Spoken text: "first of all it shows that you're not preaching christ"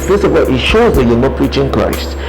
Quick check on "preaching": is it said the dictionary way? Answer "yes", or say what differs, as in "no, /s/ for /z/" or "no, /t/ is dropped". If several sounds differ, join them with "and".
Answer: yes